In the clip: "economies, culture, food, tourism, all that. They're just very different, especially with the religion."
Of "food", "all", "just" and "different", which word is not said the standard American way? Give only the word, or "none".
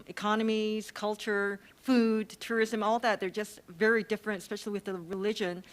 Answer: none